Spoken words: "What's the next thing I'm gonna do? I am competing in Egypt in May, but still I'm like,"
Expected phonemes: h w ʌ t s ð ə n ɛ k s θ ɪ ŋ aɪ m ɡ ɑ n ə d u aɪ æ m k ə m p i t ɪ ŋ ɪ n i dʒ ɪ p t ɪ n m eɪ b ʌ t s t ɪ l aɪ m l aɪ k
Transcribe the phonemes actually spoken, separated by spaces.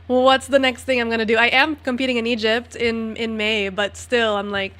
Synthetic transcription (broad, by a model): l w ʌ t s ð ə n ɛ k s θ ɪ ŋ aɪ m ɡ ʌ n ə d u aɪ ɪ m k ə m p i t ɪ ŋ ɪ n i dʒ ɪ p t ɪ n m eɪ b ʌ t s t ɪ l aɪ m l aɪ k